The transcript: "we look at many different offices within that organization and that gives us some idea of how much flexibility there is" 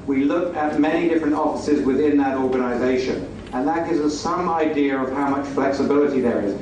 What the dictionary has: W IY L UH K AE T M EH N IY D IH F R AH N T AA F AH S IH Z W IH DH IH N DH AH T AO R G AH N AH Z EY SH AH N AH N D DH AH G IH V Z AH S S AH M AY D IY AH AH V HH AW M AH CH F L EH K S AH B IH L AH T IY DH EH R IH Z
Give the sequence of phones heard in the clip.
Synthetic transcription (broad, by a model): W IY L UH K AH T M EH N IY D IH F R AH N T AA F AH S IH Z W IH DH IH N DH AH T AO R G AH N AH Z EY SH AH N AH N DH AH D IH Z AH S S AH M AY D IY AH AH V HH AW M AH CH F L EH K S AH B IH L AH T IY DH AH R IH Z